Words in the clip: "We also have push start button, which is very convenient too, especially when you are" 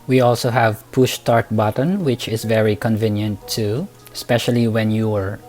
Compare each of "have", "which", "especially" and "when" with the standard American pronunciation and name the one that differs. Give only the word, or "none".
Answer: none